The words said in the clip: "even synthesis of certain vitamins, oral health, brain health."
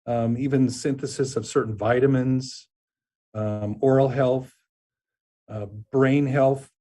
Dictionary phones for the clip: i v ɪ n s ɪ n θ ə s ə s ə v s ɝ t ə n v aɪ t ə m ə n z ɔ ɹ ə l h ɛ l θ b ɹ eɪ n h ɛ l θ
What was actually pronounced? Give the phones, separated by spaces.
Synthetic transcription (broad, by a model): i v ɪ n s ɪ n θ ə s ə s ə v s ɝ t n v aɪ t ə m ə n z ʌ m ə l h ɛ l θ b ɹ eɪ n h ɛ l θ